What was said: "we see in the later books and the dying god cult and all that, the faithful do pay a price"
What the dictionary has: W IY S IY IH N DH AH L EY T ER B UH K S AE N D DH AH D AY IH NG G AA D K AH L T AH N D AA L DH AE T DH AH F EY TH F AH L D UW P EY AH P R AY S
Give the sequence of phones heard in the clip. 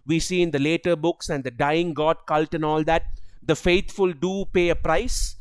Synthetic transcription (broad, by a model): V IY S IY IH N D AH L EY T ER B UH K S AE N D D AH D AY IH NG G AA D K AH L T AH N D AA L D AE T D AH F EY T F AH L D UW P EY AH P R AY S